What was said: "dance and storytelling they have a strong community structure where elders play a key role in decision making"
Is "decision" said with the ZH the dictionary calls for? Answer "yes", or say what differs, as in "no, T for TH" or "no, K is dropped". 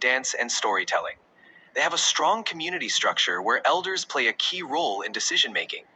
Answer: yes